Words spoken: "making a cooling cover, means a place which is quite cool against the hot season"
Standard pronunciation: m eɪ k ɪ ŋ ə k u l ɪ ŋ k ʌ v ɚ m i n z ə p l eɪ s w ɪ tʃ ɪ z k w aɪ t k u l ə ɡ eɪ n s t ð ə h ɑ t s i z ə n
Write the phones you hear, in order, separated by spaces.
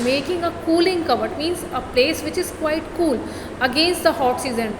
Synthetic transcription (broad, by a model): m eɪ k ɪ ŋ ə k u l ɪ ŋ k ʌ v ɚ m i n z ə p l eɪ s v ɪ tʃ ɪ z k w aɪ t k u l ə ɡ eɪ n s t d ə h ɑ t s i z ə n